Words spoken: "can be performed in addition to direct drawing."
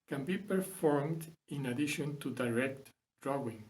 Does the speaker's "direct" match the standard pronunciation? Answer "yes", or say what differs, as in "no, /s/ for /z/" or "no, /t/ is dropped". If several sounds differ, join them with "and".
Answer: yes